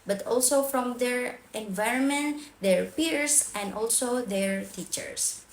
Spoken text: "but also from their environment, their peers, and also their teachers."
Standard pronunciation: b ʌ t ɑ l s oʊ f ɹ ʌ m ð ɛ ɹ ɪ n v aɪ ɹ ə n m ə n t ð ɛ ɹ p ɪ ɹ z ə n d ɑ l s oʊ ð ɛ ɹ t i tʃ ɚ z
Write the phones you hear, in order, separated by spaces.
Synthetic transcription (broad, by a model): b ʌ t ɑ l s oʊ f ɹ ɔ m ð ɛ ɹ ɪ n v aɪ ɹ ə n m ə n t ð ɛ ɹ p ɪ ɹ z ə n d ɑ l s oʊ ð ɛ ɹ t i tʃ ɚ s